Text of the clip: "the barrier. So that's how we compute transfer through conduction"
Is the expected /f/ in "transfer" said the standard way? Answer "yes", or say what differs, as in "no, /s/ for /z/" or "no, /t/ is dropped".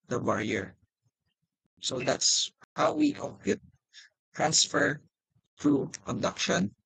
yes